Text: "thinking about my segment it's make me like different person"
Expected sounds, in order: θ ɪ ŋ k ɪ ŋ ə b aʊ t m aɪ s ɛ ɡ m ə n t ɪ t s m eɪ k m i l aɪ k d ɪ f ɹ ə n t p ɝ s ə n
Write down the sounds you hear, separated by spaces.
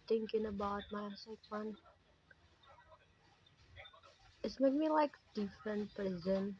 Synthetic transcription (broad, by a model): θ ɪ ŋ k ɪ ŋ ə b aʊ t m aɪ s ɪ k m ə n ɪ t s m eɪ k m i l aɪ k d ɪ f ɹ ə n t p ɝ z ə n